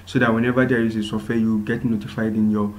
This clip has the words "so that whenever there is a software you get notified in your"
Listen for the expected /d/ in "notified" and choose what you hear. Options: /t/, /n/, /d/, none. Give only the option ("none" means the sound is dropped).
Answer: /d/